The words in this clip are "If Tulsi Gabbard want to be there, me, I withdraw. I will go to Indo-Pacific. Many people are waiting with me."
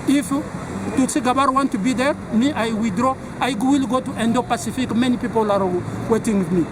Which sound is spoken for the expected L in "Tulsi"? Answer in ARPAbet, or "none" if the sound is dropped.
none